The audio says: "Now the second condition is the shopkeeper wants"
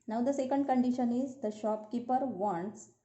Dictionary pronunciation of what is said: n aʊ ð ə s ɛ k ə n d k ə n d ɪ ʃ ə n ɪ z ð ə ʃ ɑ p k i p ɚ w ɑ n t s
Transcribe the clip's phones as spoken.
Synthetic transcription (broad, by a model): n aʊ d ə s ɛ k ə n d k ə n d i ʃ ə n ɪ z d ə ʃ ɑ p k i p ɚ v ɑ n t s